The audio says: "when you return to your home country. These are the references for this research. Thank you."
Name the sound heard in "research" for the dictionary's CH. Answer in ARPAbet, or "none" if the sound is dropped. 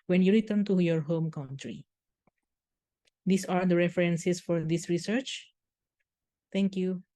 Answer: CH